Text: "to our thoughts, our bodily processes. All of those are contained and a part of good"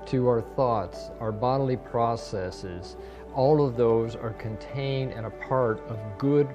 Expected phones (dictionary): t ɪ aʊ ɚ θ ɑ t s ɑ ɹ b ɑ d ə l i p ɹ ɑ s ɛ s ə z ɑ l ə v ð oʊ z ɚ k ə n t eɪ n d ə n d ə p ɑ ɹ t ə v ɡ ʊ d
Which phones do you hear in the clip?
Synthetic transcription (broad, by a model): t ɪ aʊ ɚ θ ɑ t s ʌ ɹ b ɑ d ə l i p ɹ ɑ s ɛ s ə z ɑ l ə v ð oʊ z ɚ k ə n t eɪ n d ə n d ə p ɑ ɹ t ə v ɡ ʊ d